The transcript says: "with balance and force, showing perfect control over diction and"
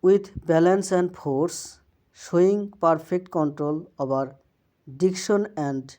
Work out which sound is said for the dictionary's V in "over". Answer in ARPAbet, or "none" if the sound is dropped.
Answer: B